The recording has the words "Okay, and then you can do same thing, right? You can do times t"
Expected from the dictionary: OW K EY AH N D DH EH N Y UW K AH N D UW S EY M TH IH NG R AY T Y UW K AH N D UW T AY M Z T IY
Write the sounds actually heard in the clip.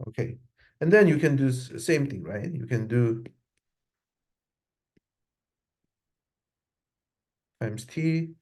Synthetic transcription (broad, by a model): OW K EY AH N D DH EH N Y UW K AH N D UW S EY M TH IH NG R AY T Y UW K AH N D UW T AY M S T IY